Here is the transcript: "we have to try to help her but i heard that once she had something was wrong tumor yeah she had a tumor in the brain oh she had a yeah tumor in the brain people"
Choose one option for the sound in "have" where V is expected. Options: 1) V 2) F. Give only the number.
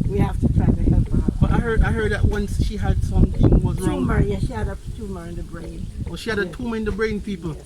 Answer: 2